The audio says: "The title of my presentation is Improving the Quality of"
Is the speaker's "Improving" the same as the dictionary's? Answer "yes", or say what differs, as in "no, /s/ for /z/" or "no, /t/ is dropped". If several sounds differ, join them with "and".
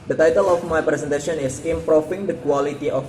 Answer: no, /f/ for /v/